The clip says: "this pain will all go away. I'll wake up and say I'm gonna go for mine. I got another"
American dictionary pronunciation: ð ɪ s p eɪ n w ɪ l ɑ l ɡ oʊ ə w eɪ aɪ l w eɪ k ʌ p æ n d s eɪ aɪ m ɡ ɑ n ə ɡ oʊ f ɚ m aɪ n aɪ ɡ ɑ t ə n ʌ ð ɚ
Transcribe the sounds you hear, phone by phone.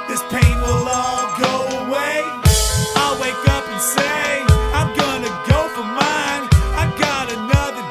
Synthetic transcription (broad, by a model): ð ɪ s p eɪ n w ɪ l ɑ l ɡ oʊ ə w eɪ aɪ l w eɪ k ʌ p n s eɪ aɪ m ɡ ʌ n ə ɡ oʊ f ɚ m aɪ n aɪ ɡ ɑ t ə n ʌ ð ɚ